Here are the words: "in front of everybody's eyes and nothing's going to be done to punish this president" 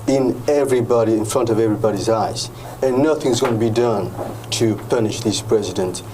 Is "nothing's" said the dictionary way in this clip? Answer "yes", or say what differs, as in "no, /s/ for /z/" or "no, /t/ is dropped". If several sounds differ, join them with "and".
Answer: yes